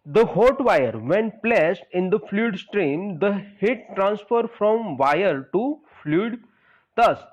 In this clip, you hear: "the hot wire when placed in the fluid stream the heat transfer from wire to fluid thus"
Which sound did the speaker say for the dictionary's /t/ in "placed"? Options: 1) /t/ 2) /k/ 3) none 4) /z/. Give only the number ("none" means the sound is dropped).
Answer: 1